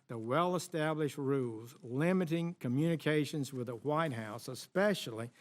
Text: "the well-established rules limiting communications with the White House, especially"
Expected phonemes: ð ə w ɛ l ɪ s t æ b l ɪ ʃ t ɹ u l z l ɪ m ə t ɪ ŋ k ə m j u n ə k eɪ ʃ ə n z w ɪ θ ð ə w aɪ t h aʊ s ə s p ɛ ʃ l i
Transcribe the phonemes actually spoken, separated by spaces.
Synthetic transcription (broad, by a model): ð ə w ɛ l ɪ s t æ b l ɪ ʃ t ɹ u l z l ɪ m ə t ɪ ŋ k ə m j u n ə k eɪ ʃ ə n z w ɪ ð ə w aɪ t h aʊ s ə s p ɛ ʃ l i